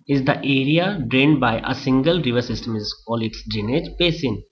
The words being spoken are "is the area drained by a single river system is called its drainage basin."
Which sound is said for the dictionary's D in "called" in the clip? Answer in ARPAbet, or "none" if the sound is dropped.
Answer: none